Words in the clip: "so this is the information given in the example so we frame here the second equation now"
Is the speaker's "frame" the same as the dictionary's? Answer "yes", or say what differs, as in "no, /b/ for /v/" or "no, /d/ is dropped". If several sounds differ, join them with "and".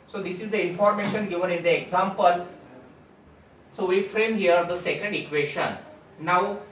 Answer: yes